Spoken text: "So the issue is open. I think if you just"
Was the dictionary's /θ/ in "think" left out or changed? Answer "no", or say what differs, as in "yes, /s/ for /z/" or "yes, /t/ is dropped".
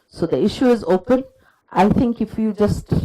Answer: yes, /t/ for /θ/